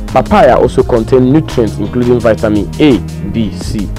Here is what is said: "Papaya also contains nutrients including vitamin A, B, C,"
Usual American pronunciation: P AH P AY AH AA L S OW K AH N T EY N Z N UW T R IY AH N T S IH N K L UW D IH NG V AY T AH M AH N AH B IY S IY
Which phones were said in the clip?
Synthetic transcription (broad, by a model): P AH P AY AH AA L S OW K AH N T EY N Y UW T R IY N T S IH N K L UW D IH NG V AY T AH M AH N AH B IY S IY